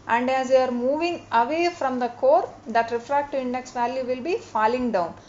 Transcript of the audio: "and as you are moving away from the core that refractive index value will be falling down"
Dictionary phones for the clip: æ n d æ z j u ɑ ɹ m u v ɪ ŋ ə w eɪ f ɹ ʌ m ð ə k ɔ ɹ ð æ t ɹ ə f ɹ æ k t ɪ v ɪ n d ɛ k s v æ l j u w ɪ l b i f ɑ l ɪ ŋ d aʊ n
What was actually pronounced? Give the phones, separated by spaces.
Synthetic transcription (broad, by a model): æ n d æ z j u ɑ ɹ m u v ɪ ŋ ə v eɪ f ɹ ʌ m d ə k ɔ ɹ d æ t ɹ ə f ɹ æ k t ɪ ɪ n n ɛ k s v æ l j u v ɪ l b i f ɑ l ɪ ŋ d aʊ n